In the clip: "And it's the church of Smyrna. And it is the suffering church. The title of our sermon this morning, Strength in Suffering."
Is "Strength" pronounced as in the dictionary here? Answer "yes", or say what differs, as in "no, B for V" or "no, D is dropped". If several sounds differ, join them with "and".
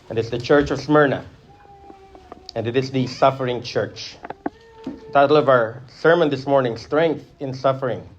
yes